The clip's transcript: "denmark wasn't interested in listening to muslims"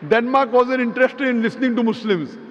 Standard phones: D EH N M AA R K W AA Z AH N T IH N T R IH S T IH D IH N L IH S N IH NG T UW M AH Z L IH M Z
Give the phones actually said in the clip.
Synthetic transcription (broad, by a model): D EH N M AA R K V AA Z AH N IH N T R IH S T IH D IH N L IH S N IH NG T UW M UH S L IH M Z